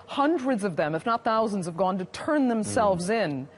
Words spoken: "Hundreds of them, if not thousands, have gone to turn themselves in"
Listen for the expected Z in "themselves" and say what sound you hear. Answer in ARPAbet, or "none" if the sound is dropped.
Z